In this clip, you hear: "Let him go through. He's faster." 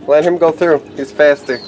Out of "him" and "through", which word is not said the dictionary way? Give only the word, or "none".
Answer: none